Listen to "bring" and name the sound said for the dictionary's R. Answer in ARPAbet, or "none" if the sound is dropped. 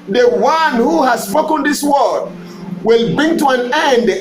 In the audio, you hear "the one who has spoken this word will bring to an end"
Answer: R